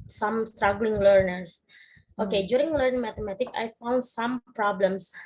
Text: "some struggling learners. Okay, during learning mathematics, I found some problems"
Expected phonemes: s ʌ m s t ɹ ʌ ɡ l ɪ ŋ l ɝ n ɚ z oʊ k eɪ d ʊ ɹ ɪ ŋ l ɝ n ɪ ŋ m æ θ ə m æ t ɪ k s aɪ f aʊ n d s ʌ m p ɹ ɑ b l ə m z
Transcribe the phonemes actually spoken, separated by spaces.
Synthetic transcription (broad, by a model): s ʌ m s t ɹ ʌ ɡ l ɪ ŋ l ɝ n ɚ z oʊ k eɪ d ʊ ɹ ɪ ŋ l ɝ n ɪ ŋ m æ t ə m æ t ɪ k aɪ f aʊ n d s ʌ m p ɹ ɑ b l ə m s